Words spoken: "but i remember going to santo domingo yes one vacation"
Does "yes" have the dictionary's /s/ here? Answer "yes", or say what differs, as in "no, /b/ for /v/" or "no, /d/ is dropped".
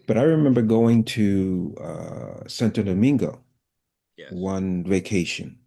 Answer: no, /s/ is dropped